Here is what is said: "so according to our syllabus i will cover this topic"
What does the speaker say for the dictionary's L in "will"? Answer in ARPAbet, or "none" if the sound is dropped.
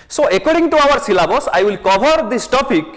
L